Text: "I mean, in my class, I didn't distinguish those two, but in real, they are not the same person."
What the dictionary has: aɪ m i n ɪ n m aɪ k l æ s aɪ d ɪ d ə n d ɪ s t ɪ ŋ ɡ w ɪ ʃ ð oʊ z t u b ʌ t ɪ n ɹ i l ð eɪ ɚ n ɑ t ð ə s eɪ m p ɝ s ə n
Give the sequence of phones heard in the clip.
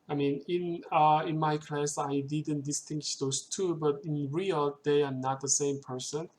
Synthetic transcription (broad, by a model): aɪ m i n ɪ n m aɪ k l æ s aɪ d ɪ d ə n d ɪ s t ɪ ŋ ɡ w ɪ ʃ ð oʊ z t u b ʌ t ɪ n ɹ i l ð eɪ ɚ n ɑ t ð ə s eɪ m p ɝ s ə n